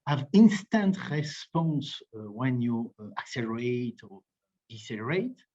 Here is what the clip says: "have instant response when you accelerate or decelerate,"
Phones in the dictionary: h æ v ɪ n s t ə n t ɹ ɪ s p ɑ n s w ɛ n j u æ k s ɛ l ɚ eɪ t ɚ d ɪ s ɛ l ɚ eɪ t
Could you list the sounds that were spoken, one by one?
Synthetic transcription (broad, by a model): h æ v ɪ n s t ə n t ɹ ɪ s p ɑ n s w ɛ n j u æ k s ɛ l ɚ eɪ t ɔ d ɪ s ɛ l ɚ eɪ t